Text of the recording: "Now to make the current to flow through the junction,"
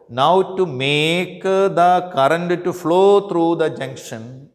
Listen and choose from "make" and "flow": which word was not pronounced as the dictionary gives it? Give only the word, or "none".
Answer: none